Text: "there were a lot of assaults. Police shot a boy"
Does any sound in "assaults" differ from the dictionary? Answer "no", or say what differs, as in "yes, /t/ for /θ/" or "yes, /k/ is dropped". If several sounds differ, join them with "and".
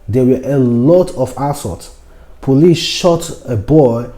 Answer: yes, /l/ is dropped